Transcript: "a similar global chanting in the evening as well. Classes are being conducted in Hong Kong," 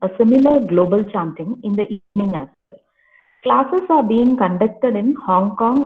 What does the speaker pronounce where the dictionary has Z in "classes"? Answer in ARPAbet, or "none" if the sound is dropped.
S